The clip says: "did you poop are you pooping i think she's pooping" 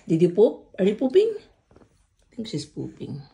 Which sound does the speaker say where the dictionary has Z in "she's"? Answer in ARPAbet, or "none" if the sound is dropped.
S